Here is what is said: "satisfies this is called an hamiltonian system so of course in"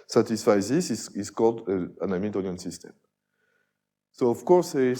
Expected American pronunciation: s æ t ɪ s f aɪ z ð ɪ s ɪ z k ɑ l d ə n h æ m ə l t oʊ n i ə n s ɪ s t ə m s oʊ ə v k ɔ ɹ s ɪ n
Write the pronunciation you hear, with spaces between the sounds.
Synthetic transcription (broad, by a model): s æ t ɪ s f aɪ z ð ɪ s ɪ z k ɑ l d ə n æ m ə t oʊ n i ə n s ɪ s t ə m s oʊ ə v k ɔ ɹ s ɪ